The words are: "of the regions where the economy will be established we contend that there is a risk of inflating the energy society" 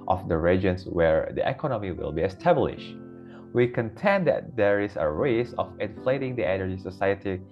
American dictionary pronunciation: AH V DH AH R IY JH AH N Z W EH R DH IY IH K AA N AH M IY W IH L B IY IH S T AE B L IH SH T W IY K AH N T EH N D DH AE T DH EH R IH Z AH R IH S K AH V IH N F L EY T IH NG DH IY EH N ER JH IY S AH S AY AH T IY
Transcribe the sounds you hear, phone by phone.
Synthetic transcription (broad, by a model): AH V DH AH R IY JH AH N S W EH R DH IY IH K AA N AH M IY W IH L B IY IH S T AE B L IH SH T W IY K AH N T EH N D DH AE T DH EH R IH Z AH R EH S AH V IH N F L EY T IH NG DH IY EH N ER JH IY S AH S AY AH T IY